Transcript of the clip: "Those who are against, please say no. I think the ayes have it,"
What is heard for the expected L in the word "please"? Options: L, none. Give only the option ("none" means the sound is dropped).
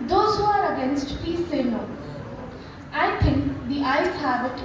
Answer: none